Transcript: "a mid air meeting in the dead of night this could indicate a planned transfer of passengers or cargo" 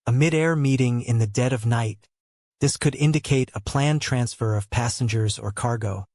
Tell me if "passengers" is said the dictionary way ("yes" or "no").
yes